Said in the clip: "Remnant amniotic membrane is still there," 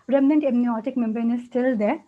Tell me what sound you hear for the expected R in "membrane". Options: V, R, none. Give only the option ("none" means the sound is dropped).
none